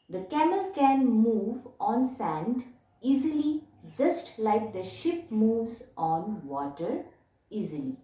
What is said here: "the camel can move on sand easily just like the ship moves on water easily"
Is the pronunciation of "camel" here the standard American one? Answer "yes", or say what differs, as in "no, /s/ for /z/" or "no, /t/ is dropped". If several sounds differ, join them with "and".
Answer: yes